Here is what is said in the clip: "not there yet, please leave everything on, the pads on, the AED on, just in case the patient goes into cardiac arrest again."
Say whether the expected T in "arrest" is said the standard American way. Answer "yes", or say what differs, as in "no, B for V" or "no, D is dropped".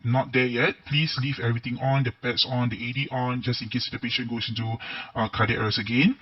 no, T is dropped